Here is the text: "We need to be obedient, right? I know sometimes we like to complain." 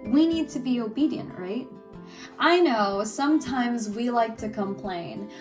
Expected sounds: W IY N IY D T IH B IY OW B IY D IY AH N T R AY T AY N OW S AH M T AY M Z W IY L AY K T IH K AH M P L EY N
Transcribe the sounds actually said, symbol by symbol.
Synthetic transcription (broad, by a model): W IY N IY D T IH B IY OW B IY D IY AH N T R AY T AY N OW S AH M T AY M Z W IY L AY K T IH K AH M P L EY N